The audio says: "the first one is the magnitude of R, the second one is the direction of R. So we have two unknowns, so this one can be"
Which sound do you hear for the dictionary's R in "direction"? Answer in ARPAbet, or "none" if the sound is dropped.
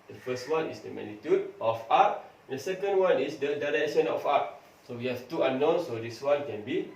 R